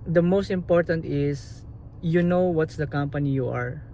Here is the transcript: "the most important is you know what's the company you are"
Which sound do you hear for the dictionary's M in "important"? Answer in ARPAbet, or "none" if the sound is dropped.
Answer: M